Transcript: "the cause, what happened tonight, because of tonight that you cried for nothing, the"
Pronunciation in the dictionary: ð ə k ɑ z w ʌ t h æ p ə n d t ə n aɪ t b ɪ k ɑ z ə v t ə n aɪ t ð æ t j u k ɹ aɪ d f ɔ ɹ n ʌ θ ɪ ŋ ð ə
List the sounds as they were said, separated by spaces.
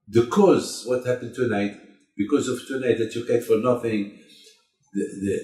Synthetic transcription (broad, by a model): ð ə k ɑ z w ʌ t h æ p ə n d t ə n aɪ t b ɪ k ɑ z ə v t ə n aɪ t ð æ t j u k aɪ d f ɔ ɹ n ʌ θ ɪ ŋ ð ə